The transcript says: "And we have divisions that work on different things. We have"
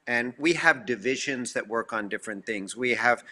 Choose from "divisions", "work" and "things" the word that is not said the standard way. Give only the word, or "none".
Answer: none